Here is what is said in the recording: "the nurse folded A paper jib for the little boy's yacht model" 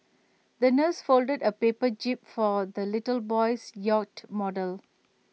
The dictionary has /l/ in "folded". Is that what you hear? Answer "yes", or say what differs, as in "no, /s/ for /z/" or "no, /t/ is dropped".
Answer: yes